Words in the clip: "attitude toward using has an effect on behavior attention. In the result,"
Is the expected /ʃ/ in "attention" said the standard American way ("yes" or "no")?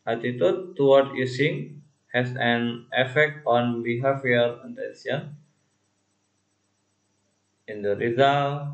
no